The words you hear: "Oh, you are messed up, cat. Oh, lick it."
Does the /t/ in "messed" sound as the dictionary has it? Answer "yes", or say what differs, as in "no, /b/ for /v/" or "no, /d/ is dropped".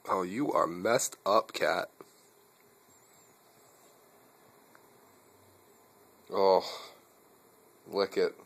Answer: yes